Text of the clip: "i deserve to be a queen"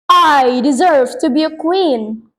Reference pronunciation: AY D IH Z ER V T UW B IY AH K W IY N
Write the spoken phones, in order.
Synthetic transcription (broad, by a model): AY D IH Z ER V T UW B IY AH K W IY N